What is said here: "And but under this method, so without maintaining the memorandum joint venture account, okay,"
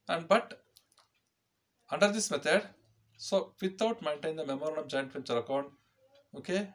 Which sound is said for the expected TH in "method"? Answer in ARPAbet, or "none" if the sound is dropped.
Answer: T